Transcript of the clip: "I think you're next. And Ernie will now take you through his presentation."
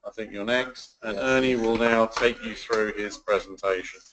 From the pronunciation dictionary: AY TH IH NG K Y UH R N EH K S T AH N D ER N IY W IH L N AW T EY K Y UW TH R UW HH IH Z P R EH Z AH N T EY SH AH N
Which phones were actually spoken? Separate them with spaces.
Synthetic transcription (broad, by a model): AY TH IH NG K Y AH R N EH K S T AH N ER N IY W IH L N AW T EY K Y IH TH R UW IH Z P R EH Z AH N T EY SH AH N